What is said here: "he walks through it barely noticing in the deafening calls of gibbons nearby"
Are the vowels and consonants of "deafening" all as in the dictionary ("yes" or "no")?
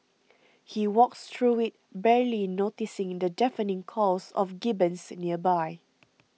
yes